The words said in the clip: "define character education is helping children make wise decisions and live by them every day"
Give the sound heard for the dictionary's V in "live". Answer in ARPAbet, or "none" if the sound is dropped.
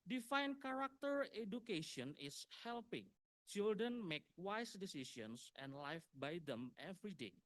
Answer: F